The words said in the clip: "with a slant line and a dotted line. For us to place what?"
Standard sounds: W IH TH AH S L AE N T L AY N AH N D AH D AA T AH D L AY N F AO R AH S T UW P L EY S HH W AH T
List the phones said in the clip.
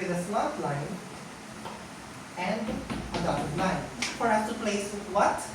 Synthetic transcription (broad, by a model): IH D AH S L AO T L AY N AH N D AH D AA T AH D L AY N F AO R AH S T UW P L EY S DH W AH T